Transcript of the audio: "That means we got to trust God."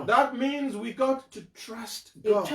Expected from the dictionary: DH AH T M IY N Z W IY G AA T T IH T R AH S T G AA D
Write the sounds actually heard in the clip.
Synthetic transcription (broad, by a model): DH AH T M IY N Z W IY G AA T T IH T R AH S T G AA